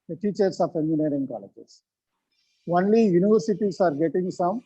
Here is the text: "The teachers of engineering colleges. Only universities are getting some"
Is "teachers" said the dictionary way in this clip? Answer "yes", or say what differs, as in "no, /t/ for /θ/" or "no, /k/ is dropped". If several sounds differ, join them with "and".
no, /s/ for /z/